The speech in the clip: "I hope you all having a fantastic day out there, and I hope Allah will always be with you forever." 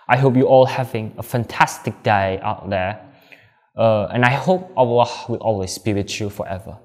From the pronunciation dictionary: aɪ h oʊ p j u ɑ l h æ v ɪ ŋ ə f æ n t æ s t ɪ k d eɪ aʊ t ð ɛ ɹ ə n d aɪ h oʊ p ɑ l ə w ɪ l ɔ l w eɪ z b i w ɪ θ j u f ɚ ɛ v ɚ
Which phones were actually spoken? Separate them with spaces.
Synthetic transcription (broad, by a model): aɪ h oʊ p j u ɑ l h æ v ɪ ŋ ə f æ n t æ s t ɪ k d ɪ aʊ t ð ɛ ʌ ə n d aɪ h oʊ p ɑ w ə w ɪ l ɔ l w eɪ s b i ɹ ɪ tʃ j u f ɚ ɛ v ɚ